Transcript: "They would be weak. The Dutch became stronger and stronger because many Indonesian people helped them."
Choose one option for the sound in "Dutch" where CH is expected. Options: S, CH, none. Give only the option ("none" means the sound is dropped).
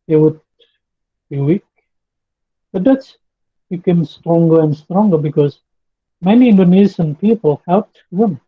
S